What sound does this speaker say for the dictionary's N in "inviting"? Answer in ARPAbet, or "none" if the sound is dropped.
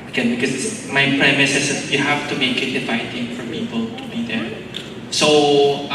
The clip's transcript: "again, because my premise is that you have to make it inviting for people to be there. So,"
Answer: none